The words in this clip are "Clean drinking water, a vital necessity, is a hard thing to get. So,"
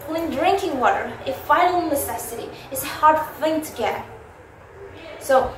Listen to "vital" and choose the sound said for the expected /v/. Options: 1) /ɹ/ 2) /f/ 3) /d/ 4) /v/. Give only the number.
2